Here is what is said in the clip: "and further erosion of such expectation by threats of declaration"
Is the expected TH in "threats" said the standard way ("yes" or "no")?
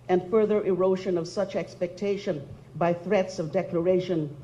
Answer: yes